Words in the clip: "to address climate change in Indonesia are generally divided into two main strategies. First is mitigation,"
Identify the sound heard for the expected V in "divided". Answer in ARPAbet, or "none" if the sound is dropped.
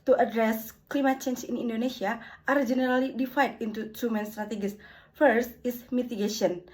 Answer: F